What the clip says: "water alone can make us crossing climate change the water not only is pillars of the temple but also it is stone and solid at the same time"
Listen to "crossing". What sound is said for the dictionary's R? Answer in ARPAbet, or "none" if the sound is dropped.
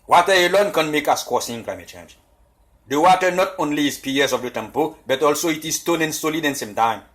none